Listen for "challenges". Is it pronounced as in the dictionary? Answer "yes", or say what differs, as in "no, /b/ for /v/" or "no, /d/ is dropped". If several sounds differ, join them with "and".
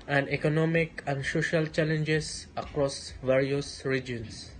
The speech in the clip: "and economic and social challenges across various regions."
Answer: no, /s/ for /z/